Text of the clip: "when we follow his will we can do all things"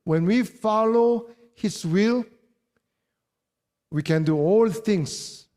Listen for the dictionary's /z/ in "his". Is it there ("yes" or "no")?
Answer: no